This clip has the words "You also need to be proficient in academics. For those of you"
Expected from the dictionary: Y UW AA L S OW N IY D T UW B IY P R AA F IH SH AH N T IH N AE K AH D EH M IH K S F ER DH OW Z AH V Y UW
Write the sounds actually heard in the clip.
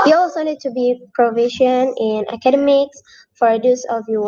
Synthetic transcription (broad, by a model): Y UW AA W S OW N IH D T UW B IY P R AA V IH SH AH N IH N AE K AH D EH M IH K S F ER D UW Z AH V Y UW